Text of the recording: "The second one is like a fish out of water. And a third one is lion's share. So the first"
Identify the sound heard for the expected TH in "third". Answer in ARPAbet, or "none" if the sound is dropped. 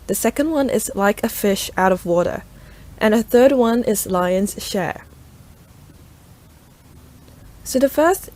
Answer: TH